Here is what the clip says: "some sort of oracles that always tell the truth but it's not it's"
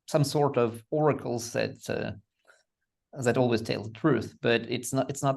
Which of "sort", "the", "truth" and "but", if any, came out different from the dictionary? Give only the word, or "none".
none